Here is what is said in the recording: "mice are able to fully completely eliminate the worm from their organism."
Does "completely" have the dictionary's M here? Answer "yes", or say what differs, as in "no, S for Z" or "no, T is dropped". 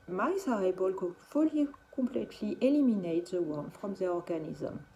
no, M is dropped